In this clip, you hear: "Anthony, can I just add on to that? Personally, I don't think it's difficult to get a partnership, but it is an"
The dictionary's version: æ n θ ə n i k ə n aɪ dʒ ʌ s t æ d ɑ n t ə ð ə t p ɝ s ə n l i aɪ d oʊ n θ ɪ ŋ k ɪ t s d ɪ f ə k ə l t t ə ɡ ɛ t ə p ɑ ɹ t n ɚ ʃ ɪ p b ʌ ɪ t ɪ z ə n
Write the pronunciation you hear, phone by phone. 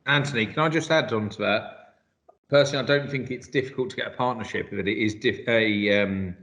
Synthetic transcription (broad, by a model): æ n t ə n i k ə n aɪ dʒ ʌ s t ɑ d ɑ n t ə ð ə t p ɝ s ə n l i aɪ d oʊ n θ ɪ ŋ k ɪ t s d ɪ f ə k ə l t t ə ɡ ɛ t ə p ɑ t n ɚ ʃ ɪ p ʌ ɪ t ɪ z ə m